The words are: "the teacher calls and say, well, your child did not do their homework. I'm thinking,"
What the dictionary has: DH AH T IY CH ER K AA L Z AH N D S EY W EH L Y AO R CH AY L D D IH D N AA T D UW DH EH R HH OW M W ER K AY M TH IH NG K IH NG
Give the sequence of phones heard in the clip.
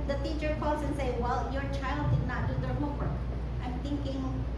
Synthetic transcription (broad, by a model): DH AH T IY CH ER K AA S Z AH N S EY W EH L Y AO R CH AY L D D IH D N AA T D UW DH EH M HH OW W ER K AY M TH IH NG K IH NG